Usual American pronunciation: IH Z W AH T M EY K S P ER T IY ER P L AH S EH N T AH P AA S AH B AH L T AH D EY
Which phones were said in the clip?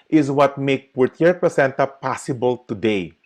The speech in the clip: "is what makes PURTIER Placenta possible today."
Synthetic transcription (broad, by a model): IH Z W AH T M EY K P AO T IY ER P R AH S EH N T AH P AA S AH B AH L T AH D EY